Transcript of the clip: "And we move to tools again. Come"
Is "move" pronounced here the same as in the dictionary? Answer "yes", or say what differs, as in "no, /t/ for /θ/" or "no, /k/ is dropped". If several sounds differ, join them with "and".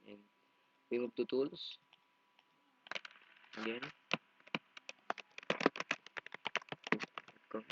no, /b/ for /v/